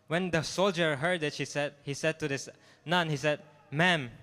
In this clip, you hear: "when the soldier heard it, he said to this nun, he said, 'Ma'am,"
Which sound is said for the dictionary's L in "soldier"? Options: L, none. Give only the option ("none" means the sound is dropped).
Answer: L